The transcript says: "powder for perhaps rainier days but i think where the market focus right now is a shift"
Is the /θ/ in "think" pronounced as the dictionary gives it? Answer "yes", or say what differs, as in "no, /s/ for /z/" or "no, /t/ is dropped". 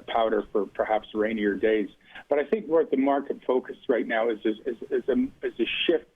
yes